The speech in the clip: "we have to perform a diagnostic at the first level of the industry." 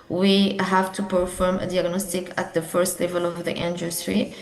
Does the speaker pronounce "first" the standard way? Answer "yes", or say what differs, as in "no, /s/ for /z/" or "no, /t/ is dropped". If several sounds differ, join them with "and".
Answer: yes